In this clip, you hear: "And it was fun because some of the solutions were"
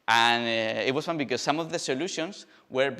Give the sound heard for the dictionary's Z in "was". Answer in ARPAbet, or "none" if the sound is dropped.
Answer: S